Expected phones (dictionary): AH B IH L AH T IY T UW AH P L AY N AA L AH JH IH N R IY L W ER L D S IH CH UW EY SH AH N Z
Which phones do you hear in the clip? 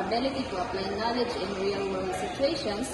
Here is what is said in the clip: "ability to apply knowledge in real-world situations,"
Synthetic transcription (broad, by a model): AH B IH L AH T IY T UW AH P L AY N AA L AH JH IH N R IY L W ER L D S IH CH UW EY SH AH N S